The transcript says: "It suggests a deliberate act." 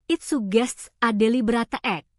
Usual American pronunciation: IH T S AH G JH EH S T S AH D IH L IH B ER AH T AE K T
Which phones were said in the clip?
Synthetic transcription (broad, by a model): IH T S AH G EH S T S AH D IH L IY B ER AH T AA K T